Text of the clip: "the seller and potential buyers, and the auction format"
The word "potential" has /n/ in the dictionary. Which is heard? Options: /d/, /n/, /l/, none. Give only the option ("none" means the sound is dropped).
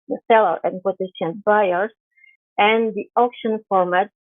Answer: none